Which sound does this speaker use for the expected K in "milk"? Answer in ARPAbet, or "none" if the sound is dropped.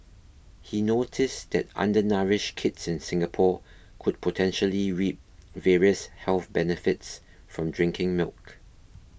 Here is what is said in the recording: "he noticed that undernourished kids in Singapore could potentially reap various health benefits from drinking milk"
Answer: K